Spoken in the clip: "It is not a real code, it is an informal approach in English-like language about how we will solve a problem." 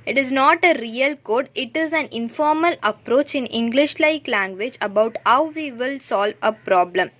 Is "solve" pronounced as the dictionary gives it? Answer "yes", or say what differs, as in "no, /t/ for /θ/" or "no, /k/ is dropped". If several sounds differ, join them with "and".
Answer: yes